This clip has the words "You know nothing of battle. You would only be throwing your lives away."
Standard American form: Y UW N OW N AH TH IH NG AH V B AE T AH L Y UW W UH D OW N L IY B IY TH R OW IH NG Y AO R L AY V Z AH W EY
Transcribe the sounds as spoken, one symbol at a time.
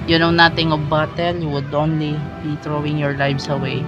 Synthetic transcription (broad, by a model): Y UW N OW N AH T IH NG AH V B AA T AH L Y UW W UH D OW N L IY B IY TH R OW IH NG Y AO R L AY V S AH W EY